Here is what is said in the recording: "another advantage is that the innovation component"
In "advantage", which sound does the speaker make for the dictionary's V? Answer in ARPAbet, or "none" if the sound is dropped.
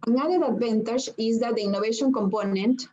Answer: B